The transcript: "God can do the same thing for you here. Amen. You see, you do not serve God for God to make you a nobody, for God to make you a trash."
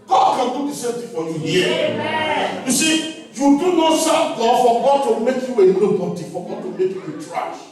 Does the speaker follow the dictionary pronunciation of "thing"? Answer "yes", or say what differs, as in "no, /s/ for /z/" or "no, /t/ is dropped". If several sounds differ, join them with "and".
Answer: no, /t/ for /θ/